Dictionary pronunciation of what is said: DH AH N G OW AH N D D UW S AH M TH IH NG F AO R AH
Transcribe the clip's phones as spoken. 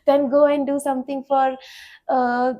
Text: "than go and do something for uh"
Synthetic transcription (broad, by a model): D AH N G OW AH N D D UW S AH M T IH NG F AO R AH